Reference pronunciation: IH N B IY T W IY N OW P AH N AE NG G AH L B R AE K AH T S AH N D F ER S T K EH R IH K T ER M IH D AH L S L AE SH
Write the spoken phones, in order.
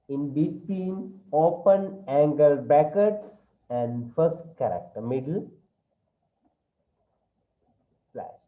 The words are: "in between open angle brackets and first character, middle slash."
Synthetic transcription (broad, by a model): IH N B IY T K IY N OW P AH N AE NG G AH L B AE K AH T S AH N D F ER S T K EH R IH K T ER M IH D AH L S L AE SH